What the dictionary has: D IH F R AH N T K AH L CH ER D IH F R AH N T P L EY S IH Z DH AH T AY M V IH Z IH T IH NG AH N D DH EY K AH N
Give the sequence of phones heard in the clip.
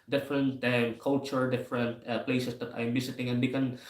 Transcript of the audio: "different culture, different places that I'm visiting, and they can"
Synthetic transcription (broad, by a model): D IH F R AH N T K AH L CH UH D IH F R AH N T P L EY S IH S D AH T AY M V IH S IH T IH NG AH N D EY K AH N